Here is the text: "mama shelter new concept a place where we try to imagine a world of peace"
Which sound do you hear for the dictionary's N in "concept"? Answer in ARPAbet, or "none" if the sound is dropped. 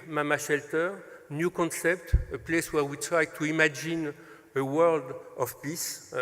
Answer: N